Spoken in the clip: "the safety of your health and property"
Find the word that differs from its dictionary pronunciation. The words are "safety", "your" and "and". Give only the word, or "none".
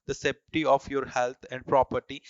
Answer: safety